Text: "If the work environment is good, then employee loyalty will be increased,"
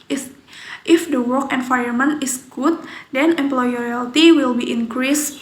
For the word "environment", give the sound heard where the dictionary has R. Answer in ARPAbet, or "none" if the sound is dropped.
none